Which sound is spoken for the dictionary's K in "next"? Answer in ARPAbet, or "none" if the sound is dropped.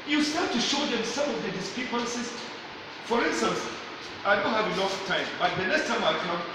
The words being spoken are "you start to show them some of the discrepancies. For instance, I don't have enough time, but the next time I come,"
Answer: none